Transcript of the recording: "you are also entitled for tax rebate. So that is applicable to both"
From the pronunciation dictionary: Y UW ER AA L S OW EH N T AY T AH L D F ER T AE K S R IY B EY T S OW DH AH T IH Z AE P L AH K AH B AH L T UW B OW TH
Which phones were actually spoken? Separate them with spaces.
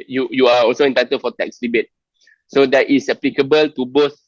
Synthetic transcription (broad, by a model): Y UW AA AA L S OW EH N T AY T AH D F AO T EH K S L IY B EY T S OW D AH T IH S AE P L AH K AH B AH L T UW B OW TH